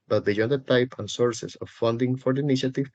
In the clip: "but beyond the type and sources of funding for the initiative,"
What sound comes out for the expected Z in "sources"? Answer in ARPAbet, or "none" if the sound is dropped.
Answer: S